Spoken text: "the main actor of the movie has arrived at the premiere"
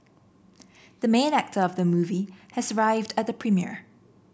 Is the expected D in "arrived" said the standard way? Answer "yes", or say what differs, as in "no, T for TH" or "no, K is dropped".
yes